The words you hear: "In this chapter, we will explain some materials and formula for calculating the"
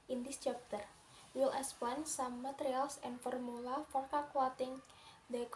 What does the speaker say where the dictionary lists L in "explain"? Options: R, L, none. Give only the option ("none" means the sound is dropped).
none